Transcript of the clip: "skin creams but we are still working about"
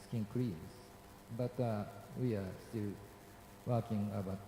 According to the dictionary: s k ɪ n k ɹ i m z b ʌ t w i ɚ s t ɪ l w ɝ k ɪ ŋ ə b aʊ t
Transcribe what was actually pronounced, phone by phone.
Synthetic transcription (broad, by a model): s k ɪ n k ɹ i z b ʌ t w i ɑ s t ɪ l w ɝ k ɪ ŋ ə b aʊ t